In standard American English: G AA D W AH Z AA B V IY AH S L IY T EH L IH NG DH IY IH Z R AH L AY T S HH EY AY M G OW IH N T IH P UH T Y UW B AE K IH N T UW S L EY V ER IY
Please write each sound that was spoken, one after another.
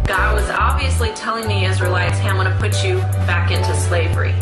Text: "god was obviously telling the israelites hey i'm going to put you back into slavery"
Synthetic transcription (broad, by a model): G AA D W AH Z AA B V IY AH S L IY T EH L IH NG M IY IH Z R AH L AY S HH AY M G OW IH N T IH P UH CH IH B AE K IH N T UW S L EY V ER IY